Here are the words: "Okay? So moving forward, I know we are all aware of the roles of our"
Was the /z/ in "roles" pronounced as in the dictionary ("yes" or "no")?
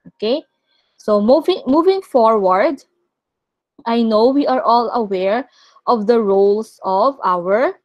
no